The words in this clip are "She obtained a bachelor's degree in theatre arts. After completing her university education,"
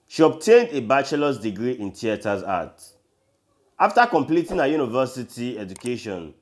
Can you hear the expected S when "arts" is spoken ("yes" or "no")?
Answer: no